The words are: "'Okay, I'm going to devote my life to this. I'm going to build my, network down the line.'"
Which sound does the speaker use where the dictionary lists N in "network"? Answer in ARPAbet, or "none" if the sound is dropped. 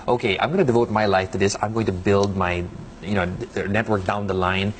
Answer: N